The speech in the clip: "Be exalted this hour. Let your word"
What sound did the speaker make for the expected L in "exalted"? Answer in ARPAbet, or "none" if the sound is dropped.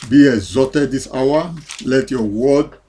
none